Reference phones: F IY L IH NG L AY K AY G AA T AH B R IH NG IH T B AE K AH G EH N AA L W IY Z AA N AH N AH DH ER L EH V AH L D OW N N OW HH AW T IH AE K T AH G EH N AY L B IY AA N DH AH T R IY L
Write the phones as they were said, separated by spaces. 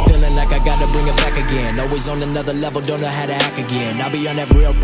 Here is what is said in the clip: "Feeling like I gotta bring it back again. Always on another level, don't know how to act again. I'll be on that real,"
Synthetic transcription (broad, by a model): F IY L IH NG L AY K AY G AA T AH B R IH NG IH T B AE K AH G EH N AA L W IY Z N AH N AH DH ER L EH V L D OW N N OW HH AW T IH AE K AH G EH N AY L B IY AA N DH AH T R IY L